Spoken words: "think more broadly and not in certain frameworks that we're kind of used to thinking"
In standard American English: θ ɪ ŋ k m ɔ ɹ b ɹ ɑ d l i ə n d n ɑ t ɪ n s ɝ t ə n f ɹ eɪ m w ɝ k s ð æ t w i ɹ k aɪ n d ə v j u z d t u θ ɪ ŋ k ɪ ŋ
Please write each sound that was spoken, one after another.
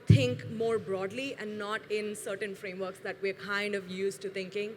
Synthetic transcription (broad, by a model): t ɪ ŋ k m ɔ ɹ b ɹ ɑ d l i ə n d n ɑ t ɪ n s ɝ t ə n f ɹ eɪ m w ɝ k s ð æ t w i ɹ k aɪ n d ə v j u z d t u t ɪ ŋ k ɪ ŋ